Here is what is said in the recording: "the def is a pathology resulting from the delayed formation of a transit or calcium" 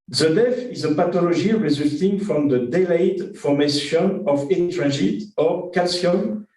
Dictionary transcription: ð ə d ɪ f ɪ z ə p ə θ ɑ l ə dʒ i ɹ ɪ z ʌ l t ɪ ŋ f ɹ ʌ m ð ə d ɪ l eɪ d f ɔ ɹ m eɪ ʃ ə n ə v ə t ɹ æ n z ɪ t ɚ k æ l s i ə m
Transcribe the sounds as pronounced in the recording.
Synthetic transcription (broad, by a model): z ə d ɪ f ɪ z ə p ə t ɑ l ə ʒ i ɹ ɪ z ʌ l t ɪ ŋ f ɹ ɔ m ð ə d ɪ l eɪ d f ɔ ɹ m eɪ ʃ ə n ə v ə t ɹ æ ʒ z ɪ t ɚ k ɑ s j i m